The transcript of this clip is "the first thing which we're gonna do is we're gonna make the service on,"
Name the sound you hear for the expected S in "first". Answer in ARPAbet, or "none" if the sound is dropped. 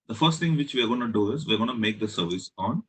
S